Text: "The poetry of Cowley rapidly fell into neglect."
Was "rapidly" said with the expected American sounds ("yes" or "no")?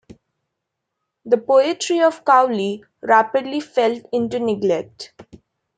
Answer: yes